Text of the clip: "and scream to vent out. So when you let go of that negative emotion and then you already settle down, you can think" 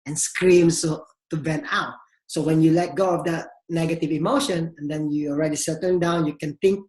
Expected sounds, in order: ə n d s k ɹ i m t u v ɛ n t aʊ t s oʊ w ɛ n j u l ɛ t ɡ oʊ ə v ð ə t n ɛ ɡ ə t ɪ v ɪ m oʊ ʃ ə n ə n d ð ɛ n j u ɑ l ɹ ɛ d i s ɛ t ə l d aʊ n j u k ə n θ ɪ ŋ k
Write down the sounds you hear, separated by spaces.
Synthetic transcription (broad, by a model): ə n s k ɹ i m t u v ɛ n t aʊ t s oʊ w ɛ n j u l ɛ t ɡ oʊ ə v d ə t n ɛ ɡ ə t ɪ v ɪ m oʊ ʃ ə n ə n d ɛ n j u ɑ l ɹ ɛ d i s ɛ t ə n d aʊ n j u k ə n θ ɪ ŋ k